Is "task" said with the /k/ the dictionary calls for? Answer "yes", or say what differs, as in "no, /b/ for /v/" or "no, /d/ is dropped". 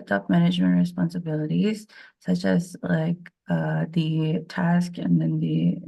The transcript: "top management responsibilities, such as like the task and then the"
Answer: yes